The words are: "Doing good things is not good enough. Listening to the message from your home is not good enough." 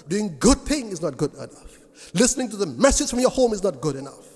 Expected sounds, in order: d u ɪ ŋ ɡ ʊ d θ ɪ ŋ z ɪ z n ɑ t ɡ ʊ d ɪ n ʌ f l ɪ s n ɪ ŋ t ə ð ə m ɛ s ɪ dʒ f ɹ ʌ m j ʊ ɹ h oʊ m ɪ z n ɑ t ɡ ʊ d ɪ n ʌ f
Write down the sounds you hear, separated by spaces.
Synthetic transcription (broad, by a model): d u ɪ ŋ ɡ ʊ d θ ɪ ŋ ɪ z n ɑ t ɡ ʊ d ɪ n ʌ f l ɪ s n ɪ ŋ t ə ð ə m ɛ s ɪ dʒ f ɹ ʌ m j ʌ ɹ h oʊ m ɪ z n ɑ t ɡ ʊ d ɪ n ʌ f